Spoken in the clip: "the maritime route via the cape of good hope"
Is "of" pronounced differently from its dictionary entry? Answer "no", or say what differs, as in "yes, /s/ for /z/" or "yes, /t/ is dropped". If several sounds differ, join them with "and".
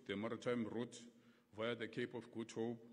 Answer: yes, /f/ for /v/